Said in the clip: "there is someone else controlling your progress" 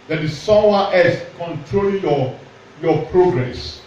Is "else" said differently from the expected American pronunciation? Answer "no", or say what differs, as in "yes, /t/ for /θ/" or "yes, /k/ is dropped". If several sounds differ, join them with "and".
yes, /l/ is dropped